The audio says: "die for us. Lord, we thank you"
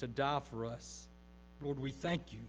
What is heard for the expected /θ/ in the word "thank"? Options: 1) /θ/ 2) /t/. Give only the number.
1